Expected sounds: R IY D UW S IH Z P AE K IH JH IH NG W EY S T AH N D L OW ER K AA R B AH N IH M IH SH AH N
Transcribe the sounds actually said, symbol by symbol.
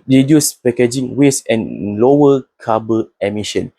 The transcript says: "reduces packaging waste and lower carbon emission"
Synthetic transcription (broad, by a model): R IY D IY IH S P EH K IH JH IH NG W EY S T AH N L OW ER K AA B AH IH M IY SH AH N